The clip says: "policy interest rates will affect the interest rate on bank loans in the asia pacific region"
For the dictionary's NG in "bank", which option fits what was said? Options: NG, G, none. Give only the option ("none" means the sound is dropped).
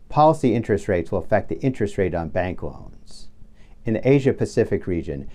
NG